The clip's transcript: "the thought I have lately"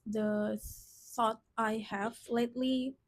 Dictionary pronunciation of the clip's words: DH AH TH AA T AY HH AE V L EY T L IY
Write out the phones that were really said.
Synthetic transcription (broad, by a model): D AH S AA T AY HH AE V L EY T L IY